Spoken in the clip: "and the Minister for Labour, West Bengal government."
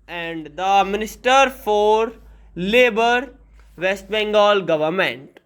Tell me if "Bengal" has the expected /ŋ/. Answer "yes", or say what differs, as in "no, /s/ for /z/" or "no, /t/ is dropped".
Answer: yes